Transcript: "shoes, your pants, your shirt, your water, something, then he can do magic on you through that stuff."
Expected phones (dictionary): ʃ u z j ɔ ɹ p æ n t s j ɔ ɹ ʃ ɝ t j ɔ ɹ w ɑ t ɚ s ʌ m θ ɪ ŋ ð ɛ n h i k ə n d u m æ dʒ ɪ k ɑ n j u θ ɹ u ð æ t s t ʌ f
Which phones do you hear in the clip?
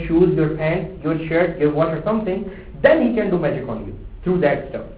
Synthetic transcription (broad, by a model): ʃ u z j ɔ ɹ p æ n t j ɔ ɹ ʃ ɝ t j ɔ ɹ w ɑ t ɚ s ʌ m t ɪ ŋ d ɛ n h i k ə n d u m æ dʒ ɪ k ɑ n j u t ɹ u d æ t s t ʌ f